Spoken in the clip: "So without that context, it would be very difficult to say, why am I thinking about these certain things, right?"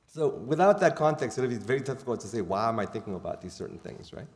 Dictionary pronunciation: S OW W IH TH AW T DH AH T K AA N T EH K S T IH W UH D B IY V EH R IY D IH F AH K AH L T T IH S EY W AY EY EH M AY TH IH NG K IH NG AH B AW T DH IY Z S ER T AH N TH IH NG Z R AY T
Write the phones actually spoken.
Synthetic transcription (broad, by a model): S OW W IH TH AW T DH AH T K AA N T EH K S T IH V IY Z V EH R IY D IH F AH K L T T IH S EY W AY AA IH M AY TH IH NG K IH NG AH B AW T DH IY Z S ER T N TH IH NG Z R AY T